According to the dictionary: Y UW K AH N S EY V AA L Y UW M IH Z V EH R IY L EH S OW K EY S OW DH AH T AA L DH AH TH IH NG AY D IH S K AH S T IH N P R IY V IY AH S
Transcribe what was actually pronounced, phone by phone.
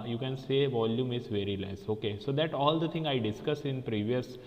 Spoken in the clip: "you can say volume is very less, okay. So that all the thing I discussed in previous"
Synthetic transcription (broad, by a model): Y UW K AH N S EY V AA L Y UW M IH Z V EH R IY L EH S OW K EY S OW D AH T AA L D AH T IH NG AY D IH S K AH S IH N P R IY V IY AH S